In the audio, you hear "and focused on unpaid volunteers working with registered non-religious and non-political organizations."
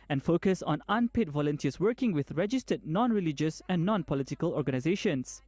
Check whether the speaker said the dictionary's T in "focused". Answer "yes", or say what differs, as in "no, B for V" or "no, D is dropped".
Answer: no, T is dropped